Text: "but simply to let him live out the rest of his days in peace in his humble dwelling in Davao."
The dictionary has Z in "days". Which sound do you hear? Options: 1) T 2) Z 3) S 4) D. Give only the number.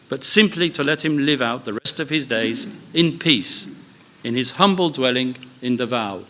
2